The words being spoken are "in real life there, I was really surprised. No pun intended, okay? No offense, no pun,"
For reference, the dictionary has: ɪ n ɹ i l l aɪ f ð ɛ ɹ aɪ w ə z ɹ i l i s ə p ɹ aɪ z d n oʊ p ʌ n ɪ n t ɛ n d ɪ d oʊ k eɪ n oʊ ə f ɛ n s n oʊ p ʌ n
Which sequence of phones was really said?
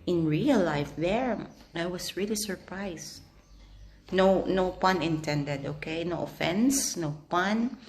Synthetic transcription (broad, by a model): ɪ n ɹ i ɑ l aɪ f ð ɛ ɹ aɪ w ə s ɹ i l i s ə p ɹ aɪ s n n oʊ p ʌ n ɪ n t ɛ n d ɪ d oʊ k eɪ n oʊ ə f ɛ n s n oʊ p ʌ n